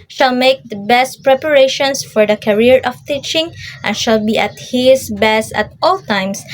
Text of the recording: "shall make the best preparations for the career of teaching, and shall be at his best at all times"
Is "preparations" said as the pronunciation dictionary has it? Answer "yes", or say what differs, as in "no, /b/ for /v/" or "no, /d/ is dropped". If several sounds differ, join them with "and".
no, /s/ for /z/